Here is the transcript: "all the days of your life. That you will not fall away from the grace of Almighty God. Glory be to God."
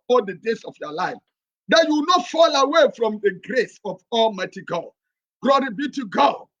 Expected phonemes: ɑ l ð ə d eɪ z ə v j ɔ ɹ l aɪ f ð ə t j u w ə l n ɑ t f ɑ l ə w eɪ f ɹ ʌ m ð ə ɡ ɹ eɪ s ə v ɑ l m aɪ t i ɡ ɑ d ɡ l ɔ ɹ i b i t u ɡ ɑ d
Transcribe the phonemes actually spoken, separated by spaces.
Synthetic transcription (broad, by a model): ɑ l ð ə d eɪ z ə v j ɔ l aɪ f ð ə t j u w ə n ɑ t f ɑ l ə w eɪ f ɹ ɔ m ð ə ɡ ɹ eɪ s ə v ɑ l m aɪ t i ɡ ɑ d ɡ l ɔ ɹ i b i t u ɡ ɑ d